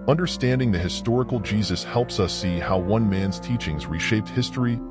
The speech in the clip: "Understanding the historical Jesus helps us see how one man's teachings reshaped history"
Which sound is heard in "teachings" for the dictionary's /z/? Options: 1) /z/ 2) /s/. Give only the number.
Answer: 1